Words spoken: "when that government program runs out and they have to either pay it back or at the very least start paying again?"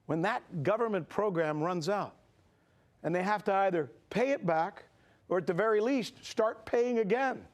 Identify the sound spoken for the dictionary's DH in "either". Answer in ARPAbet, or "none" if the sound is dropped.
DH